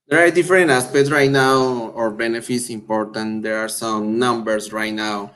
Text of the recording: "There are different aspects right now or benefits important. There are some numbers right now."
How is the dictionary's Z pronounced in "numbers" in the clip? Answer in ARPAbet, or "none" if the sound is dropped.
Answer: S